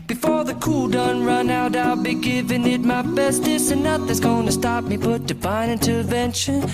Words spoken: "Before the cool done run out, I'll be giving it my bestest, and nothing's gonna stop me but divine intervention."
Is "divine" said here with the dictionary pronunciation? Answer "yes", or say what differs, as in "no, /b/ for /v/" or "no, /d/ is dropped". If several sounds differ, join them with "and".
no, /b/ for /v/